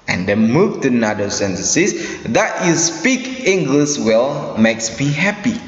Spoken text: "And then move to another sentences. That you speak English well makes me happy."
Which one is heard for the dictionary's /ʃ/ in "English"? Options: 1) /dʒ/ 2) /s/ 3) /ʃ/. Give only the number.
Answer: 2